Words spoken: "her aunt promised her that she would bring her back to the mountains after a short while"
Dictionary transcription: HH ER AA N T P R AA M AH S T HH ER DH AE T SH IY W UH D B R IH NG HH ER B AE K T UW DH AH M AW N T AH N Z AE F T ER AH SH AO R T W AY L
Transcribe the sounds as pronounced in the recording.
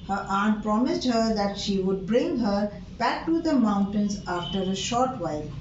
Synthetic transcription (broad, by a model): HH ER AA N T P R AA M AH S T HH ER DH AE T SH IY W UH D B R IH NG HH ER B AE K T UW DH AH M AW N T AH N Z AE F T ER AH SH AO R T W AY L